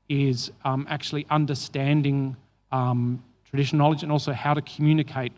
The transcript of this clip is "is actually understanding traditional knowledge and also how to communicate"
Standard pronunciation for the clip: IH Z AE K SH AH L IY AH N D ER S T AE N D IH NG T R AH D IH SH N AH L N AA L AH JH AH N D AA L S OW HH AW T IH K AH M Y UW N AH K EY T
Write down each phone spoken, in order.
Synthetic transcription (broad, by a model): IH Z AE K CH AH L IY AH N D ER S T AE N D IH NG T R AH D IH SH AH N AA L AH JH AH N AA L S OW HH AW T IH K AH M Y UW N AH K EY T